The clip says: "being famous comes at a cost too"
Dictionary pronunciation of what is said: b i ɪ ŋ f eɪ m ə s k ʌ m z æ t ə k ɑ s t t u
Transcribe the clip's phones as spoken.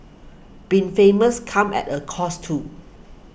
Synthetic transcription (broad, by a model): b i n f eɪ m ə s k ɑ m ɛ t ə k ɑ s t t u